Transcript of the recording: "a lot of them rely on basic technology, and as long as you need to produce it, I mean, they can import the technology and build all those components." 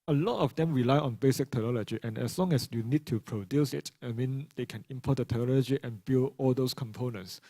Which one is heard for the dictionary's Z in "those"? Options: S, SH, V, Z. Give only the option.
S